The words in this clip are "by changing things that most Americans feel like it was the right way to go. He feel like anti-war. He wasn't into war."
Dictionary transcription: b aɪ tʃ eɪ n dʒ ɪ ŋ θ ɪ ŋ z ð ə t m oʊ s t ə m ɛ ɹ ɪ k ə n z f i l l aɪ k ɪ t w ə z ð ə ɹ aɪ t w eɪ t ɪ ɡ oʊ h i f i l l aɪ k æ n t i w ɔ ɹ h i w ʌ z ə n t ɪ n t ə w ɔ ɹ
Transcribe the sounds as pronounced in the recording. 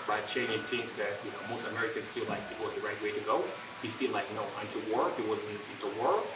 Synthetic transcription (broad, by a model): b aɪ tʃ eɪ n ɪ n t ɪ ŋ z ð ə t m oʊ s t ə m ɛ ɹ ɪ k ə n z f i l l aɪ k ɪ t w ə z ð ə ɹ aɪ t w eɪ t ɪ ɡ oʊ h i f i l l aɪ k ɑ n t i w ɔ ɹ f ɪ w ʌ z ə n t ɪ n t ə w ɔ ɹ